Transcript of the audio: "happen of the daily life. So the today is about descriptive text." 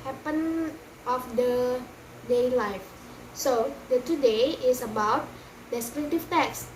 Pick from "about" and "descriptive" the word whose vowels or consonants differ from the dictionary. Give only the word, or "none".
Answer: descriptive